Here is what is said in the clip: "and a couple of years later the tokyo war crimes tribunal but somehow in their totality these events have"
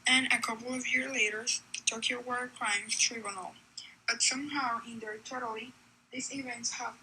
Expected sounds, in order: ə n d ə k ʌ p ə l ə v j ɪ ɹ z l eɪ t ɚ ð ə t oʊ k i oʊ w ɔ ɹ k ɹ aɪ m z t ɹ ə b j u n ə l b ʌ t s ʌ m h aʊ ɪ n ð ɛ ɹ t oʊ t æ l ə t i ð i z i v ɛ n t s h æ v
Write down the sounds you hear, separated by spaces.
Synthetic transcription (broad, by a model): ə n ə k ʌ p l ə v j ɪ ɹ z l eɪ t ɚ ð ə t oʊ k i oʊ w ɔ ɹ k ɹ aɪ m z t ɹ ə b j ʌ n l b ʌ t s ʌ m h aʊ ɪ n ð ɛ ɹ t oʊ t l i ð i s i v ɛ n t s h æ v